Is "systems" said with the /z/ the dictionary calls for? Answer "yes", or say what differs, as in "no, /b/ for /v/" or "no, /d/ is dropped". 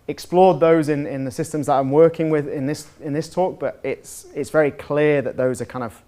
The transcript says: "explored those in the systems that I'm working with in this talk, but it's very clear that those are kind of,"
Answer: yes